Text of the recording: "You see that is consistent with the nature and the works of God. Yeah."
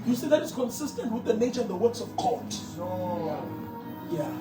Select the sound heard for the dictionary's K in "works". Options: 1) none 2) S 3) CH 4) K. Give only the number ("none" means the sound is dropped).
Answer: 4